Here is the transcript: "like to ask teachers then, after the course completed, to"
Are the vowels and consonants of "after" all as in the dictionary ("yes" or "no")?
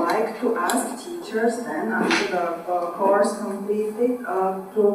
no